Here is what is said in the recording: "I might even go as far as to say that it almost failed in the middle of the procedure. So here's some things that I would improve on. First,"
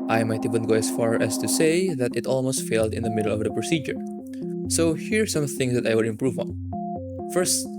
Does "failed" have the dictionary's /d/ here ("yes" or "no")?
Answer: yes